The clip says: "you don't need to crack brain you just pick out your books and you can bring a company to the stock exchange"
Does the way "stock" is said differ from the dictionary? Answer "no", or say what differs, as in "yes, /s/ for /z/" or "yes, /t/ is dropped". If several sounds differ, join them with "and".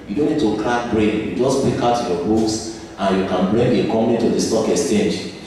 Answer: no